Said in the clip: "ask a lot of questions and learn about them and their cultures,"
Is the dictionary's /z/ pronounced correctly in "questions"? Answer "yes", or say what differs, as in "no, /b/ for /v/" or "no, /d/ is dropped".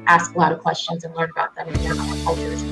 yes